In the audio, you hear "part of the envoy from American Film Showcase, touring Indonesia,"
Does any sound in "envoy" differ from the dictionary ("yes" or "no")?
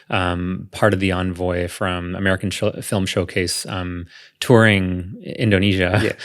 no